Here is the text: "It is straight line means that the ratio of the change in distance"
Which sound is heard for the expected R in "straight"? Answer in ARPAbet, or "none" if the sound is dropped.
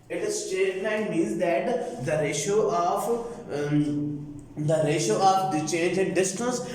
none